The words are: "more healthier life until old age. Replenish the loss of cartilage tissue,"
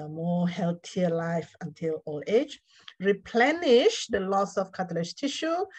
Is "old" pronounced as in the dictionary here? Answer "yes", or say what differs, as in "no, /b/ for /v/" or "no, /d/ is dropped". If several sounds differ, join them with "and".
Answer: no, /d/ is dropped